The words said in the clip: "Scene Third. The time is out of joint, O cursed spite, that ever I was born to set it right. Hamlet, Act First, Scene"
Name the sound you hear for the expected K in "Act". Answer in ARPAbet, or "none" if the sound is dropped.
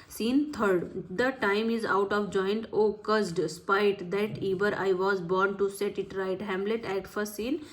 none